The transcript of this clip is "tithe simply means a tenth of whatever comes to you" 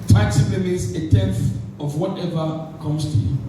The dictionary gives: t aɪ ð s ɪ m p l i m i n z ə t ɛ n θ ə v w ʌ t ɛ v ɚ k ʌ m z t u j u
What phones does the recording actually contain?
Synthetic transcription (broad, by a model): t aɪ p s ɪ p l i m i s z ə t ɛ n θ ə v w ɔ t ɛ v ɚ k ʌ m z t u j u